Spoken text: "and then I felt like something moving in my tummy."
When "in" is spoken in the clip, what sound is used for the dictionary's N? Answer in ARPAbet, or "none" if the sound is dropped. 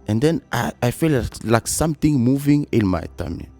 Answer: L